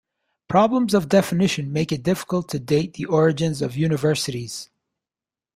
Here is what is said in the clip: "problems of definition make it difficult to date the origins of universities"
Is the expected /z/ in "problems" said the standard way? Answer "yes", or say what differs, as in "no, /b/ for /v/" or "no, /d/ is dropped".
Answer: yes